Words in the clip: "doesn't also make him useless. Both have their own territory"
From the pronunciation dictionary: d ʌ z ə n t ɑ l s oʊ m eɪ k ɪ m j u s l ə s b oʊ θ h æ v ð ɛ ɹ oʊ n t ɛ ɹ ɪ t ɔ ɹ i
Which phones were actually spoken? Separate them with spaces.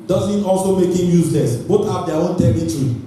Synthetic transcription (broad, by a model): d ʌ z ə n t ɑ l s oʊ m eɪ k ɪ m j u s l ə s b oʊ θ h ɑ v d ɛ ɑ oʊ n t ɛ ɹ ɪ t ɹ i